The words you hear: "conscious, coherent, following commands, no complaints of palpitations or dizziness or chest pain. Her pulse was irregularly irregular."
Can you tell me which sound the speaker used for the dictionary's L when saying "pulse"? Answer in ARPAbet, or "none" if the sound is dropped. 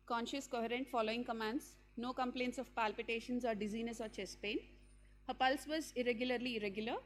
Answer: L